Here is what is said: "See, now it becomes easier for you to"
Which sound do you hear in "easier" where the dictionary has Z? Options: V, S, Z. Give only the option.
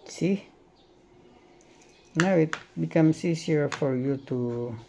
S